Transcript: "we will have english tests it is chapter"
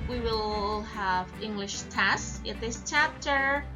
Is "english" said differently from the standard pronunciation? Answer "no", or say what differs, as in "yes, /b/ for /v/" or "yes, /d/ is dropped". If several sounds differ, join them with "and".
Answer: no